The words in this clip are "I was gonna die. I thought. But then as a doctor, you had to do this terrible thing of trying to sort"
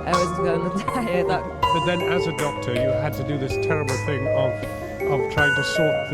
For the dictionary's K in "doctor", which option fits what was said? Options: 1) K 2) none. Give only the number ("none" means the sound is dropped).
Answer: 1